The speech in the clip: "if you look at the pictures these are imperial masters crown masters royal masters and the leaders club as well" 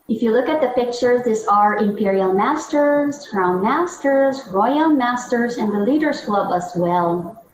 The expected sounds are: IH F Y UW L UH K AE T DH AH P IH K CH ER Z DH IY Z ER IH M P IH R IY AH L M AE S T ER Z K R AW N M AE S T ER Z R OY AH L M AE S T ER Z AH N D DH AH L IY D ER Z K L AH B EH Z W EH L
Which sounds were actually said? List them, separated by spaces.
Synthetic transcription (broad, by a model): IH F Y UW L UH K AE T DH AH P IH K CH ER Z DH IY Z ER IH M P IH R IY AH L M AE S T ER Z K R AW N M AE S T ER Z R OY AH L M AE S T ER Z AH N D DH AH L IY D ER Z K L AH B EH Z W EH L